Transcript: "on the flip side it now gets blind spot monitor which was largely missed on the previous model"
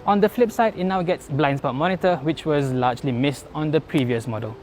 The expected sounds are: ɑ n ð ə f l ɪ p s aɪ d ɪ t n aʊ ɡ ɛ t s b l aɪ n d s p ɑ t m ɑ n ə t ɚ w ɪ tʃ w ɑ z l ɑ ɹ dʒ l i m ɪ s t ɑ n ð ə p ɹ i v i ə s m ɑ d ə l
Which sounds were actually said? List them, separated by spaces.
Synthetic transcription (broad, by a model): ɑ n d ə f l ɪ p s aɪ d ɪ t n aʊ ɡ ɛ t s b l aɪ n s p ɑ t m ɑ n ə t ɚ w ɪ tʃ w ɑ z l ɑ dʒ l i m ɪ s t ɑ n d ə p ɹ i v i ə s m ɑ d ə l